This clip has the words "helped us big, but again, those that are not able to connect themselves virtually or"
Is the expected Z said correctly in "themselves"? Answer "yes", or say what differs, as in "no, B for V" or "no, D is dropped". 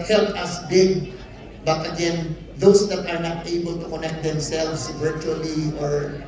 no, S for Z